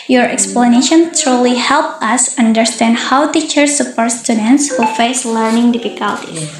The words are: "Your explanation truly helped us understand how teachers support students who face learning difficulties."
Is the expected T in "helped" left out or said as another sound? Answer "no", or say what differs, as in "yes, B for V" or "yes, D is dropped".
yes, T is dropped